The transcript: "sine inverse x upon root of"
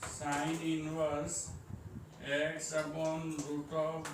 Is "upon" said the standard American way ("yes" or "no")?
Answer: no